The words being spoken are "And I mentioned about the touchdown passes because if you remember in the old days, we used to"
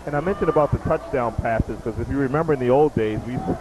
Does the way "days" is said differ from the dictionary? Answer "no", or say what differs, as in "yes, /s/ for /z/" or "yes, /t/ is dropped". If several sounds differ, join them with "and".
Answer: no